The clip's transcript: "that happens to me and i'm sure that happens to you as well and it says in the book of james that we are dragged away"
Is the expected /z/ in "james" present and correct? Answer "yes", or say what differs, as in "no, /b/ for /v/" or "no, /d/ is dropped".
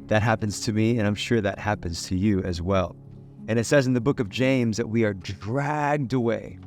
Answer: yes